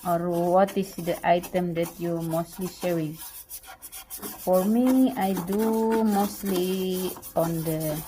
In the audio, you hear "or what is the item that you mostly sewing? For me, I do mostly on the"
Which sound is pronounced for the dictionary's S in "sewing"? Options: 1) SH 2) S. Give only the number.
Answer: 1